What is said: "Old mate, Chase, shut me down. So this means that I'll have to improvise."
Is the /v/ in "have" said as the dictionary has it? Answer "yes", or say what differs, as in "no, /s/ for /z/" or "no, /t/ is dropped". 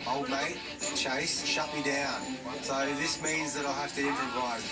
no, /f/ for /v/